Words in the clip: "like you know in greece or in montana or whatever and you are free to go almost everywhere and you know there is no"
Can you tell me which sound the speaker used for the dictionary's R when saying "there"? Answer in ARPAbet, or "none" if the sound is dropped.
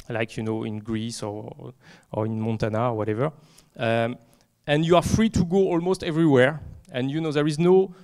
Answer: R